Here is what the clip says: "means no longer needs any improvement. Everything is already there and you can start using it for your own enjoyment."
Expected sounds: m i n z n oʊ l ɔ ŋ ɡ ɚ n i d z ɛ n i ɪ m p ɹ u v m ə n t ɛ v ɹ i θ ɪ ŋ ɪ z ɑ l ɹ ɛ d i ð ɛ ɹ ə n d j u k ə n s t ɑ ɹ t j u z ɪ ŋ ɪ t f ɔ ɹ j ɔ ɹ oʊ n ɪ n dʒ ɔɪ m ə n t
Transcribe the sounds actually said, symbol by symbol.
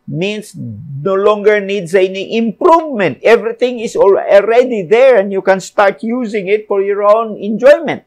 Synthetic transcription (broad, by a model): m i n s n oʊ l ɔ ŋ ɡ ɚ n i d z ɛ n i ɪ m p ɹ u v m ə n t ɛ v ɹ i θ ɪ ŋ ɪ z ɑ l ɹ ɛ d i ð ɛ ɹ ə n d j u k ə n s t ɑ ɹ t j u z ɪ ŋ ɪ t f ɔ ɹ j ɔ ɹ oʊ n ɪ n dʒ ɔɪ m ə n t